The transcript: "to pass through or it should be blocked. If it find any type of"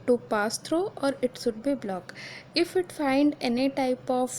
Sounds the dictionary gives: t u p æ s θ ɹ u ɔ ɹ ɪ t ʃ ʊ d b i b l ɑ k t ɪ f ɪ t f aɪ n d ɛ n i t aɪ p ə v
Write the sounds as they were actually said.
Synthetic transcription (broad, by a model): t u p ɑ s t ɹ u ɔ ɹ ɪ t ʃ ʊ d b i b l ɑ k ɪ f ɪ t f aɪ n d ɛ n i t aɪ p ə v